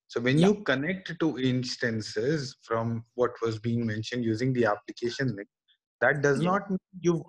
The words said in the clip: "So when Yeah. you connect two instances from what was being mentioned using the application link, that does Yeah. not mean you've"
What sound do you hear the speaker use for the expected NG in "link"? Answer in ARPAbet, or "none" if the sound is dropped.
none